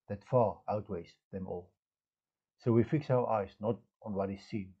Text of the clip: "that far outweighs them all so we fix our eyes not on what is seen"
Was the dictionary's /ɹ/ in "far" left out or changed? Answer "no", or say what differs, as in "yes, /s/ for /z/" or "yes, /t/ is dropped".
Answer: no